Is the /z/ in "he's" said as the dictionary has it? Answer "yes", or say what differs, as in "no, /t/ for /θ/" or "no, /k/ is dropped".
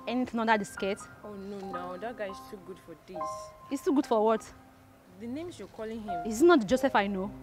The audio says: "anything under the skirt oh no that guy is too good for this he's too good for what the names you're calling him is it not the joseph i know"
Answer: no, /s/ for /z/